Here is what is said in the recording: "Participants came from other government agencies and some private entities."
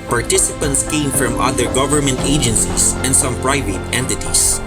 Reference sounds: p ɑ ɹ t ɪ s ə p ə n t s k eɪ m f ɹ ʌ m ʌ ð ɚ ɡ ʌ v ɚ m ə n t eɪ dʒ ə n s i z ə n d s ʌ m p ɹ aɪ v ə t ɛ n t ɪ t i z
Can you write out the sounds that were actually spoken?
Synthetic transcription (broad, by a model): p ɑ ɹ t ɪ s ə p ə n t s k eɪ m f ɹ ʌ m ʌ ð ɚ ɡ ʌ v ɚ m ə n t eɪ dʒ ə n s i s ə n d s ʌ m p ɹ aɪ v ə t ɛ n t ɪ t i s